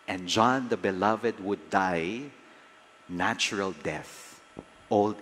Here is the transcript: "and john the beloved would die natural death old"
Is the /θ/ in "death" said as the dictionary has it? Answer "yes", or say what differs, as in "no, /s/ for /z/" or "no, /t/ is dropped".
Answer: yes